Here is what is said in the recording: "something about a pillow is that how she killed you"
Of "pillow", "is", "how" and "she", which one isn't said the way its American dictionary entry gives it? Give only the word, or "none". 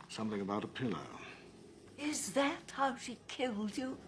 none